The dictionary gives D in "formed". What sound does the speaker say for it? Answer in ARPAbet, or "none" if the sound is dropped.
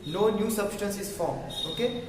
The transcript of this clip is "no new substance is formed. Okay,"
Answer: none